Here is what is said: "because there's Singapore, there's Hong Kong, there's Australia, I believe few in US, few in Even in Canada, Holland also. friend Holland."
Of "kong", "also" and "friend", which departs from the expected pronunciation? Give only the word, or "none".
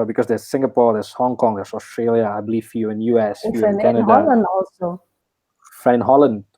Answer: friend